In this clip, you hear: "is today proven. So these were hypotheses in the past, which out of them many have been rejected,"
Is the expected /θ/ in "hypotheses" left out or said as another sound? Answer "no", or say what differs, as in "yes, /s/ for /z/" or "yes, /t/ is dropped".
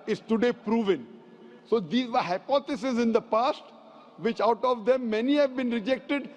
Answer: yes, /t/ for /θ/